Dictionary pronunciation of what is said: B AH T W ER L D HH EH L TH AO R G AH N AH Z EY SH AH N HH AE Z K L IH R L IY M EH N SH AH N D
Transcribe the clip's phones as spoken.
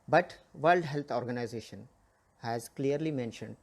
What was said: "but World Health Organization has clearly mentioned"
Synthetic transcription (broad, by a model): B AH T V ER L D HH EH L T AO R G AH N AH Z EY SH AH N HH AE Z K L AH R L IY M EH N SH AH N D